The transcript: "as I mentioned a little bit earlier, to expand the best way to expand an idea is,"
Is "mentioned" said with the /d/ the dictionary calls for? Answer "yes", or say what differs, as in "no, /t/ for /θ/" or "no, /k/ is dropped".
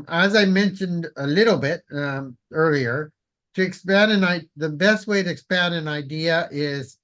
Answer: yes